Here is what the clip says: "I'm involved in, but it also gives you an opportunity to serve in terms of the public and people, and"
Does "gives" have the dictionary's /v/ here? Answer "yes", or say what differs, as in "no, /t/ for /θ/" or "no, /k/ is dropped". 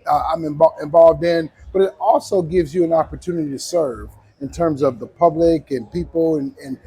yes